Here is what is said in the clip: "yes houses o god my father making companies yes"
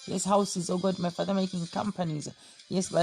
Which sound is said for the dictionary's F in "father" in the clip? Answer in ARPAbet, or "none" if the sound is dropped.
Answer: F